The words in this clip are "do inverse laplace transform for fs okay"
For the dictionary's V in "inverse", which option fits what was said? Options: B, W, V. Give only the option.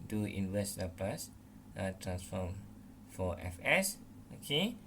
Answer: W